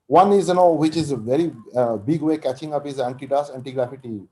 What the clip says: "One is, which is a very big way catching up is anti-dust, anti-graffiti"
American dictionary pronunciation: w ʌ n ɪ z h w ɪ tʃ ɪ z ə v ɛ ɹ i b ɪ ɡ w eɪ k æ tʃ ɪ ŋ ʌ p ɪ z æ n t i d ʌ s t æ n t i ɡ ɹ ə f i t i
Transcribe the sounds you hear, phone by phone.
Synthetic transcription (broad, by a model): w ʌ n ɪ z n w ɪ tʃ ɪ z ə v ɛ ɹ i b ɪ ɡ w eɪ k æ tʃ ɪ ŋ ʌ p ɪ z æ n t i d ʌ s æ n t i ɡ ɹ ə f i t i